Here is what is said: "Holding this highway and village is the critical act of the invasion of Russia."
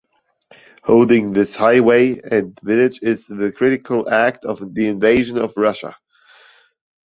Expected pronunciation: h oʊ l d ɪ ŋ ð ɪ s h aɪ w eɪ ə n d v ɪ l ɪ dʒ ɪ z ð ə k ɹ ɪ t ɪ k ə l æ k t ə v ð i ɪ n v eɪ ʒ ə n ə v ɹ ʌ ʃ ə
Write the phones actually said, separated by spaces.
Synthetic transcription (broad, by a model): h oʊ l d ɪ ŋ ð ɪ s h aɪ w eɪ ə n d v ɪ n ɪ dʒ ɪ z ð ə k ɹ ɪ t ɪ k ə l æ k t ə v ð i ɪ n v eɪ ʒ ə n ə v ɹ ʌ ʃ ə